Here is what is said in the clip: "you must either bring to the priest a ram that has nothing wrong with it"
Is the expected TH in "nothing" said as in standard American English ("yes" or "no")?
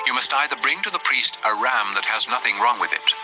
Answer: yes